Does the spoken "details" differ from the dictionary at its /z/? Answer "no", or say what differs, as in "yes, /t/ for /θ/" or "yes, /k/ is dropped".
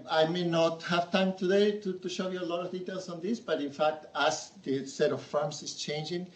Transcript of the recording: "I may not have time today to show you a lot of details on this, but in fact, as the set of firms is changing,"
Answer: yes, /s/ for /z/